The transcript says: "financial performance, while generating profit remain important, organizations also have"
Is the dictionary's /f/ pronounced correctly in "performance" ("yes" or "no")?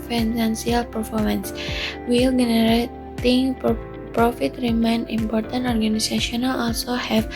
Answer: yes